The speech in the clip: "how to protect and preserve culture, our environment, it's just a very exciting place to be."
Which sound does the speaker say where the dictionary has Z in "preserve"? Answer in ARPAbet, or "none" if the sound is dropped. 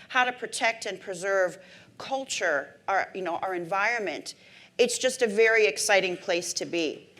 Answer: Z